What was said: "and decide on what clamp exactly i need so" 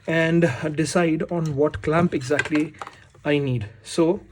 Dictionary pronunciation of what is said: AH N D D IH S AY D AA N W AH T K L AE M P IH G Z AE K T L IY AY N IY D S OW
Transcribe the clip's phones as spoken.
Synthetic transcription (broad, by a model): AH N D D IH S AY D AA N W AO T K L AE M P IH G Z AE K T L IY AY N IY D S OW